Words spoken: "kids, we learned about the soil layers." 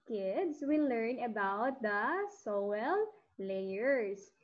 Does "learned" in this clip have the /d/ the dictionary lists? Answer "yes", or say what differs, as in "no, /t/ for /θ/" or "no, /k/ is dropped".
no, /d/ is dropped